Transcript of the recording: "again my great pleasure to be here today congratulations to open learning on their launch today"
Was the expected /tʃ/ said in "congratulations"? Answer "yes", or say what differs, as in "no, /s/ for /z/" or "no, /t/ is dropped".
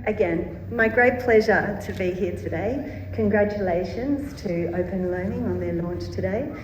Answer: yes